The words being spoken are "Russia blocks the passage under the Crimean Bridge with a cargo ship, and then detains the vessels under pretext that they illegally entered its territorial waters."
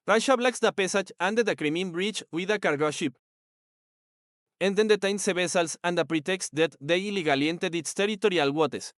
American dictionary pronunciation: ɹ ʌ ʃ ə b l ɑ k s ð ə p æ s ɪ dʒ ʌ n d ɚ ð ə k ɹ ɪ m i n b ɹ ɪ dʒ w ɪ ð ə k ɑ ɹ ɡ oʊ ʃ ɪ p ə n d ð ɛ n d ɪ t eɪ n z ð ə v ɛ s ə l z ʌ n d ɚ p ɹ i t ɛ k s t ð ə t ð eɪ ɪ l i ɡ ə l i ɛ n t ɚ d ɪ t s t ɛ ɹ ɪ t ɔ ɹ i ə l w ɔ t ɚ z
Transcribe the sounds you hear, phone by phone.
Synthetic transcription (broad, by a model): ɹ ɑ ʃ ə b l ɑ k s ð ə p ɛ s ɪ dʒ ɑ n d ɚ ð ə k ɹ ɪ m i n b ɹ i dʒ w ɪ ð ə k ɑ ɹ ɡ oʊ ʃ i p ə n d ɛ n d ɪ t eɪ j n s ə b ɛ s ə l s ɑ n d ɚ p ɹ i t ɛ k s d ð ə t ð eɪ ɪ l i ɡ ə l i n t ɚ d ɪ t s t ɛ ɹ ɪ t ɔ ɹ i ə l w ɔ t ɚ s